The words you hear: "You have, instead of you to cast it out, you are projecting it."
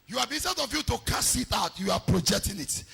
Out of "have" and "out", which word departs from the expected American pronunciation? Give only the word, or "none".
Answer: have